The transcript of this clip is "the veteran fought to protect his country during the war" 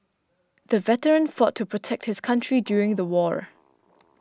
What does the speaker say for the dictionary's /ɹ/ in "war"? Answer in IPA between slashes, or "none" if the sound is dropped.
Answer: /ɹ/